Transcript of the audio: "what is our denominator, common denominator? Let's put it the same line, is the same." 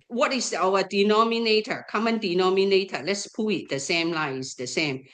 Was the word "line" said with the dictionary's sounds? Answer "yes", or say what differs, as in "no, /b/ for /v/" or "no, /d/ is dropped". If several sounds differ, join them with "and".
no, /n/ is dropped